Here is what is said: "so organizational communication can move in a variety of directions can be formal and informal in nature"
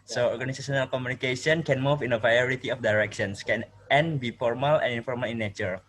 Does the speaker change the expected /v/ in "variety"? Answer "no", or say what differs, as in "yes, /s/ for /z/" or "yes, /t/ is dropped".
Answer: yes, /p/ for /v/